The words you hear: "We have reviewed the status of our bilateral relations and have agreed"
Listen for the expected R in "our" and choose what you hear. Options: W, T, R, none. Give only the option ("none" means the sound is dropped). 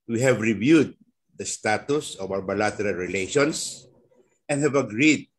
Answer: W